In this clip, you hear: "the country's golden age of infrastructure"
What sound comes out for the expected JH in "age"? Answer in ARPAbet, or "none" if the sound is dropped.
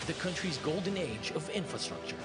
JH